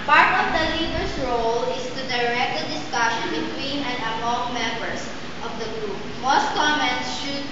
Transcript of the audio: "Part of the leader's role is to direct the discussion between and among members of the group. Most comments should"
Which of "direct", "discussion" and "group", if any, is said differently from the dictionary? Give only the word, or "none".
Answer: none